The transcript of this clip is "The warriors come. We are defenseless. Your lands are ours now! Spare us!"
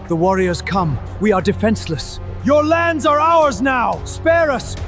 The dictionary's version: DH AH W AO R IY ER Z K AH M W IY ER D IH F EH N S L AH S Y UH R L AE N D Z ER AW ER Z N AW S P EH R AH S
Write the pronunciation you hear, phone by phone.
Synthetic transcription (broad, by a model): DH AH W AO R IY ER Z K AH M W IY ER D IH F EH N S L AH S Y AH R L AE N D Z ER AW ER Z N AW S P EH R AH S